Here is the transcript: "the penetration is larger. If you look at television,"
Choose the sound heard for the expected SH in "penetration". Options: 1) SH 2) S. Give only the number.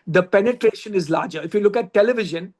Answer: 1